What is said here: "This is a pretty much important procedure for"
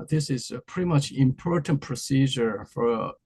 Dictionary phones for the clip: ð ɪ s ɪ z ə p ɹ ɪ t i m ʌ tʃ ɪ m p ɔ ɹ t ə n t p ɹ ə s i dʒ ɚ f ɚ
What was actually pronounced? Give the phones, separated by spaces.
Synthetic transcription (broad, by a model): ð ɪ s ɪ z ə p ɹ ɪ t i m ʌ tʃ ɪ m p ɔ ɹ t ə n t p ɹ ə s i dʒ ɚ f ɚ